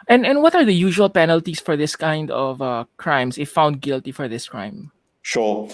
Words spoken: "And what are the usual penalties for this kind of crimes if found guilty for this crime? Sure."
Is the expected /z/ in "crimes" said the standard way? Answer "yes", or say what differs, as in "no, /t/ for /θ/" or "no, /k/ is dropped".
no, /s/ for /z/